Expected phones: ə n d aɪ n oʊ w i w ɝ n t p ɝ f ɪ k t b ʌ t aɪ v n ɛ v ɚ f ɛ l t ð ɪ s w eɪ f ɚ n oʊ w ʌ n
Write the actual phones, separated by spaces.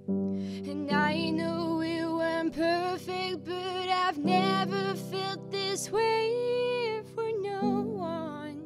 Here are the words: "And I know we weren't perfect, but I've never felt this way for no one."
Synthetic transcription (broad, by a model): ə n aɪ n oʊ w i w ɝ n p ɝ f ɪ k t b ʌ t aɪ v n ɛ v ɚ f ɛ l t ð ɪ s w eɪ f ɚ n oʊ w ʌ n